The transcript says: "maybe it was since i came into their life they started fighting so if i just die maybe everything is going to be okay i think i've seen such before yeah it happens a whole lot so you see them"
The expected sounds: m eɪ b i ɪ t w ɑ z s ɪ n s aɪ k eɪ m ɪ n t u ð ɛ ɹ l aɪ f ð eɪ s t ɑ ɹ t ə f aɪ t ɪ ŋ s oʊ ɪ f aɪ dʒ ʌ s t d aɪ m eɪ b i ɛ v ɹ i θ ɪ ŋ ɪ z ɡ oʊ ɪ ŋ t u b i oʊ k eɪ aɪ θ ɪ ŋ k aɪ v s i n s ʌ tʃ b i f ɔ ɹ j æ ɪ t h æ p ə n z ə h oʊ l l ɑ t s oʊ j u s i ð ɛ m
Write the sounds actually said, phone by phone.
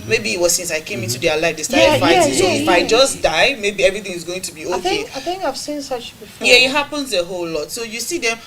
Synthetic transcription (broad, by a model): m eɪ b i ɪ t w ɑ z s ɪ n s aɪ k eɪ m ɪ n t u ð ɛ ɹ l aɪ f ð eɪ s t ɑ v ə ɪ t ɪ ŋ s oʊ ɪ f aɪ dʒ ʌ s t d aɪ m eɪ b i ɛ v ɹ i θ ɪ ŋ ɪ z ɡ oʊ ɪ ŋ t u b i oʊ k eɪ aɪ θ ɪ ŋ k aɪ v s i n s ʌ tʃ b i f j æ ɪ t h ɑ p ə n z ə h oʊ l l ɑ t s oʊ j u s i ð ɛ m